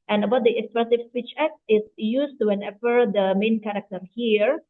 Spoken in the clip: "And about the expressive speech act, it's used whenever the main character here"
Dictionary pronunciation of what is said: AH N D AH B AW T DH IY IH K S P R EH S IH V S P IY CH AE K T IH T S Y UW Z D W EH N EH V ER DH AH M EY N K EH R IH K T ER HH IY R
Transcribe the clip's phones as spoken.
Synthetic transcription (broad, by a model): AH N AH B AW T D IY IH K S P EH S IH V S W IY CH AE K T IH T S Y UW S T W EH N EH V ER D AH M EY N K EH R IH K T ER HH IY R